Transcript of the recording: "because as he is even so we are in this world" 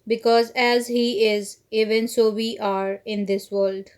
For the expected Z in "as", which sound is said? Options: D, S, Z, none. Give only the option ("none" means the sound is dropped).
Z